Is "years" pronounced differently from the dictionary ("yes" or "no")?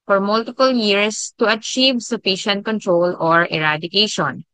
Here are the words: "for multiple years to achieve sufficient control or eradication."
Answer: yes